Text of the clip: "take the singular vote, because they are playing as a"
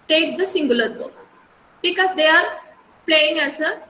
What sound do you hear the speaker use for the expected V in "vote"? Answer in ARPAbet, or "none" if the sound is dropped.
B